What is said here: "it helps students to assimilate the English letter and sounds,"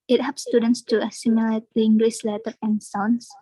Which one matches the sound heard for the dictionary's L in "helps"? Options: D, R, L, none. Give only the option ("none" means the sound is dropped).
none